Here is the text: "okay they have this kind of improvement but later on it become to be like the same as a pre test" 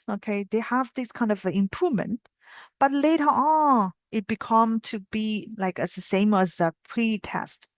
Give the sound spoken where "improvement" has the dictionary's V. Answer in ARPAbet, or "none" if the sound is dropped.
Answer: V